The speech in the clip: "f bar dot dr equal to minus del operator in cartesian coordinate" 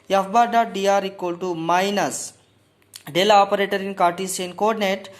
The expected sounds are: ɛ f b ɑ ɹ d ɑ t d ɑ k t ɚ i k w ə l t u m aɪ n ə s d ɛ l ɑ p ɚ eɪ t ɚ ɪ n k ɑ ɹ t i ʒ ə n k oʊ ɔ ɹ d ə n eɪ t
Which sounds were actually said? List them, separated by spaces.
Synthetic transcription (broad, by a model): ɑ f b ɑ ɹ d ɑ t d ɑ t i k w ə l t u m aɪ n ə s d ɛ l ɑ p ɚ eɪ t ɚ ɪ n k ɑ ɹ t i s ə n k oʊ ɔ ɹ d n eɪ t